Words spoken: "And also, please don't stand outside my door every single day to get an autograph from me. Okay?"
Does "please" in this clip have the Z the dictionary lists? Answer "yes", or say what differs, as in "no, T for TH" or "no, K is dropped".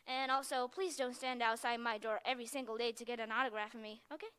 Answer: yes